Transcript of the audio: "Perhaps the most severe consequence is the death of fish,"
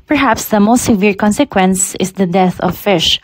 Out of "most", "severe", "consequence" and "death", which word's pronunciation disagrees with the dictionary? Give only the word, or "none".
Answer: none